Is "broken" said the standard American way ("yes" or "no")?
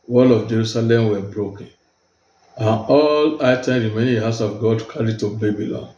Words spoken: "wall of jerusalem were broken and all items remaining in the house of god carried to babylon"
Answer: yes